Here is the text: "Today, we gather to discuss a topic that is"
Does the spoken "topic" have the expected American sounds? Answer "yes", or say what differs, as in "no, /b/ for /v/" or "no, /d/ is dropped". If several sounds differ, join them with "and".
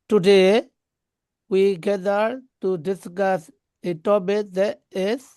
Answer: no, /b/ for /p/